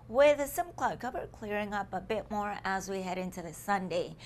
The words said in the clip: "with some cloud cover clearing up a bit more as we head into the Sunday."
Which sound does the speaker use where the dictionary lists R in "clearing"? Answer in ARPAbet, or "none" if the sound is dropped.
R